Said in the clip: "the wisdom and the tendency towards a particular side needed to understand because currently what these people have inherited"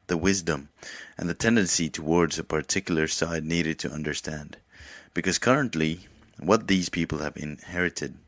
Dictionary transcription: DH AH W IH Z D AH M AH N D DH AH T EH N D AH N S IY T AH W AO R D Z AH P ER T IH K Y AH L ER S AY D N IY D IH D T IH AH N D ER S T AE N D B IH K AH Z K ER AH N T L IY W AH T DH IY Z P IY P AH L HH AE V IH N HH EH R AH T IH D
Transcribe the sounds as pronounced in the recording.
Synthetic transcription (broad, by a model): DH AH W IH Z D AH M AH N DH AH T EH N D AH N S IY T AH W AO R D Z AH P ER T IH K Y L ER S AY D N IY D IH D T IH AH N D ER S T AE N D B IH K AH Z K ER AH N T L IY W AH T DH IY Z P IY P L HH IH V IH N HH EH R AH T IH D